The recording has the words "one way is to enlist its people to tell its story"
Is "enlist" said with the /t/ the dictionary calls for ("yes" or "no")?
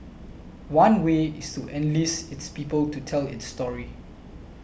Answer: no